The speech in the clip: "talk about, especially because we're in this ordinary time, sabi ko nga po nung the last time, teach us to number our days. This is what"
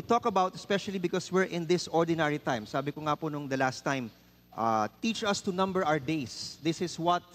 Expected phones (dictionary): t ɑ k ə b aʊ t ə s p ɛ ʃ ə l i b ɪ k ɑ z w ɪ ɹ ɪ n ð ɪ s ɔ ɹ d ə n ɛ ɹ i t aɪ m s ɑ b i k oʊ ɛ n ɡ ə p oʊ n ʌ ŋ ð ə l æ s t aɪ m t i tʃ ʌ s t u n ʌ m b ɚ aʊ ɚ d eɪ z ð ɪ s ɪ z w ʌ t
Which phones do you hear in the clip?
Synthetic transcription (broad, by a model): t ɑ k ə b aʊ t ə s p ɛ ʃ ə l i b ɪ k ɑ s w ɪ ɹ ɪ n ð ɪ s ɔ ɹ d ə n ɛ ɹ i t aɪ m s ɑ b i k oʊ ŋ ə p oʊ n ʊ ŋ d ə l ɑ s t aɪ m t i tʃ ʌ s t u n ʌ m b ɚ aʊ ɚ d eɪ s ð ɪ s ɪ s w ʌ t